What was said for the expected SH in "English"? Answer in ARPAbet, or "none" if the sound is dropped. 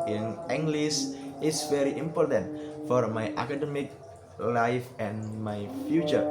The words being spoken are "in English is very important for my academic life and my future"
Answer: S